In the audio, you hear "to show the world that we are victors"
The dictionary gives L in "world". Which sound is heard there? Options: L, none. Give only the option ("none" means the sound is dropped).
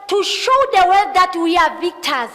none